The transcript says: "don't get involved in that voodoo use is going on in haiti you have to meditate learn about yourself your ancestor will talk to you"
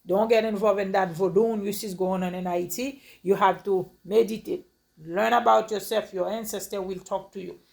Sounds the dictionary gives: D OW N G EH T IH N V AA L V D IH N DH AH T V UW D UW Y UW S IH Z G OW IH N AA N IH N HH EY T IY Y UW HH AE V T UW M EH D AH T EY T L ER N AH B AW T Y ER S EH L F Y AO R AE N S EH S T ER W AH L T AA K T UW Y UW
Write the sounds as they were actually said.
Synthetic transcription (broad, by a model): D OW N G EH T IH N V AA L V IH N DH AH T V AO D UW Y UW S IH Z G OW IH N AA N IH N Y T IY Y UW HH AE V T UW M EH D AH T EY T L ER N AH B AW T Y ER S EH L F Y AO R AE N S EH S T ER W AH L T AA K T UW Y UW